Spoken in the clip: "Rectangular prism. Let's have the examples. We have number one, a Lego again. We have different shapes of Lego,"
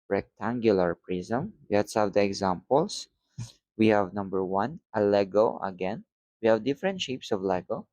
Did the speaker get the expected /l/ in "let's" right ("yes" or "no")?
no